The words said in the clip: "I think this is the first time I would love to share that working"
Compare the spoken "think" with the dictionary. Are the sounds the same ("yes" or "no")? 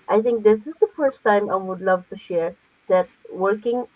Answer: no